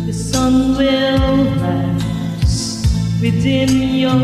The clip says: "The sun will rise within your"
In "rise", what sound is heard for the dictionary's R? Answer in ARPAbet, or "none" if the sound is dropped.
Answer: L